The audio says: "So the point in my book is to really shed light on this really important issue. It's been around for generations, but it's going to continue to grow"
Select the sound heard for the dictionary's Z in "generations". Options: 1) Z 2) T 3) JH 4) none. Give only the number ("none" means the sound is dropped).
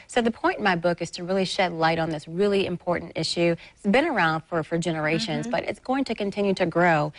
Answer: 1